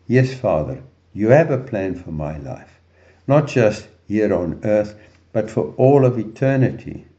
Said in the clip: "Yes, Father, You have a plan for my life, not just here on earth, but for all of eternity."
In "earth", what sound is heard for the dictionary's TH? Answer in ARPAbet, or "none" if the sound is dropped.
TH